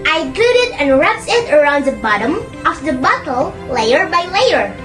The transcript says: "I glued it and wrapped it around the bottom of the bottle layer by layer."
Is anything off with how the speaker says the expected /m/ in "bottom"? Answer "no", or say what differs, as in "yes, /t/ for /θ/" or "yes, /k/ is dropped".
no